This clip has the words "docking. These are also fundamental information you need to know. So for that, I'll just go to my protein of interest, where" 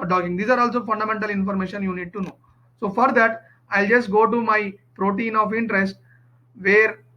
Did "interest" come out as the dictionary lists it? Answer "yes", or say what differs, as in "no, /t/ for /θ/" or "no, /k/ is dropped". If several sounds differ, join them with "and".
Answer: yes